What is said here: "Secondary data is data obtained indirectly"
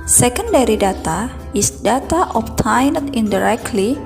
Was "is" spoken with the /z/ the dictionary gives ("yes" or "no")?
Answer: no